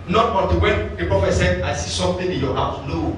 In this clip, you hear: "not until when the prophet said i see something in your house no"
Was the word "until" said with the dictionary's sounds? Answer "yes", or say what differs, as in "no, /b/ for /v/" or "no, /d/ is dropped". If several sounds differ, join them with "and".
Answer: no, /n/ is dropped